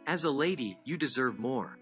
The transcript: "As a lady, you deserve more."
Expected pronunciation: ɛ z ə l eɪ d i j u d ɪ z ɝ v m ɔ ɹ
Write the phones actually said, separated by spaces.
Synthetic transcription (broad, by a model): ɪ z ə l eɪ d i j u d ɪ z ɝ v m ɔ ɹ